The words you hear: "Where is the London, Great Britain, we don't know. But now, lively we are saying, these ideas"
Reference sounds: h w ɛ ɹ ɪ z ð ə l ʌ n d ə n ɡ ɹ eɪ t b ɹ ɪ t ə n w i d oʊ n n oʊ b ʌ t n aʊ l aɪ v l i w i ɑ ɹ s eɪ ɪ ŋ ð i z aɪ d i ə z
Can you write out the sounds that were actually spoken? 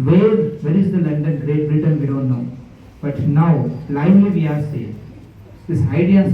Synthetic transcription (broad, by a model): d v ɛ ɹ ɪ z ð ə l ʌ n d ə n ɡ ɹ eɪ t b ɹ ɪ t ə n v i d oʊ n n oʊ b ʌ t n aʊ l aɪ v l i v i ɑ ɹ s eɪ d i s aɪ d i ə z